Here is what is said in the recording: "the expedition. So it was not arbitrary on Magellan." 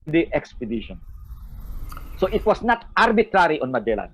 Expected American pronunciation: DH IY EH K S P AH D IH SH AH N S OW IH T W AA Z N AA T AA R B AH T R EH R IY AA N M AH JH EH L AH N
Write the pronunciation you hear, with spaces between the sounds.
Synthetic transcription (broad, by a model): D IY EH K S P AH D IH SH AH N S OW IH T W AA S N AA T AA R B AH T R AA R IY AA N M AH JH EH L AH